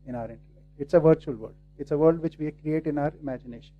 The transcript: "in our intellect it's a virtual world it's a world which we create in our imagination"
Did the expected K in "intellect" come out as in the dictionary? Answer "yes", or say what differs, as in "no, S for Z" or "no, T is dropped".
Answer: no, K is dropped